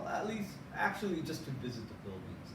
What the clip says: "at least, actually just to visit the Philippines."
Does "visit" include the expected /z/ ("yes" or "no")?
yes